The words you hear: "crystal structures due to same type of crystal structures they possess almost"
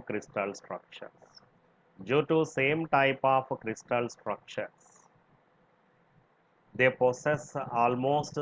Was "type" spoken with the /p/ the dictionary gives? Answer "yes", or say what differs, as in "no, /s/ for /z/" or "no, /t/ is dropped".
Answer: yes